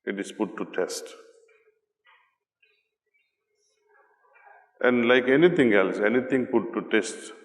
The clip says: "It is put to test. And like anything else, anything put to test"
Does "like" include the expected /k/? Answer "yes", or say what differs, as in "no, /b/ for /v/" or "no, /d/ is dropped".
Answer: yes